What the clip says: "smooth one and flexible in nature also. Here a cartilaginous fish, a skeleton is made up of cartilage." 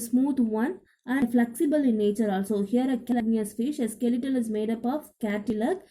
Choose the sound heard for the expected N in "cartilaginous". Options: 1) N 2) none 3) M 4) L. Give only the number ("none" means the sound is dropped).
2